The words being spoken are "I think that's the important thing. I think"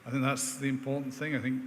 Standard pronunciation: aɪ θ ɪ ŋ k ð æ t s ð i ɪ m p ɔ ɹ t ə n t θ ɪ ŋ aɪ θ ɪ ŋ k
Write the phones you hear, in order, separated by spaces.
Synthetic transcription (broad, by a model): aɪ θ ɪ ŋ k ð æ t s ð i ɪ m p ɔ ɹ t n θ ɪ ŋ aɪ θ ɪ ŋ k